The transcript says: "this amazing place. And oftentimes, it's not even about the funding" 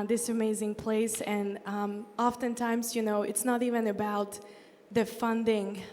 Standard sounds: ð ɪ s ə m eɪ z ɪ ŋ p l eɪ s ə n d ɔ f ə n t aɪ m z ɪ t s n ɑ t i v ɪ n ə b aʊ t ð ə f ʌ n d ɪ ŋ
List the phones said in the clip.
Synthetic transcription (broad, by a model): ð ɪ s ə m eɪ z ɪ ŋ p l eɪ s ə n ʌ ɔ f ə n t aɪ m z ɪ t s n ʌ t i v ɪ n ə b aʊ t ð ə f ʌ n d ɪ ŋ